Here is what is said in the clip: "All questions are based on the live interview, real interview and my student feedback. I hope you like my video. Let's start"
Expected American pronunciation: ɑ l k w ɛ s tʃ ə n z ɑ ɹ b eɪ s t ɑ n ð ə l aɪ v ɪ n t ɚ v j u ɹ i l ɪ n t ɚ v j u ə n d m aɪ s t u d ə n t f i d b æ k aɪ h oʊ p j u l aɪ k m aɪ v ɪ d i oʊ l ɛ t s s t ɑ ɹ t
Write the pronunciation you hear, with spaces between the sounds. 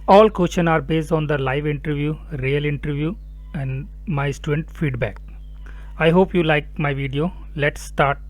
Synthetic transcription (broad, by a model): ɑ l k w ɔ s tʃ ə n ɑ ɹ b eɪ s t ɑ n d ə l aɪ v ɪ n t ɚ v j u ɹ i l ɪ n t ɚ v j u ə n d m aɪ s t u d ə n t f i d b æ k aɪ h oʊ p j u l aɪ k m aɪ v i d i oʊ l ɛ t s s t ɑ ɹ t